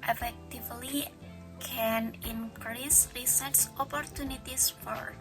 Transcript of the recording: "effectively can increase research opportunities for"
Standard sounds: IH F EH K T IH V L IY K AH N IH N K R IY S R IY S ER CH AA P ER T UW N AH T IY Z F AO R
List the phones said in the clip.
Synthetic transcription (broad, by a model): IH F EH K T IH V L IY K AH N IH N K R IY S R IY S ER S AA P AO T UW N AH T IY S F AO R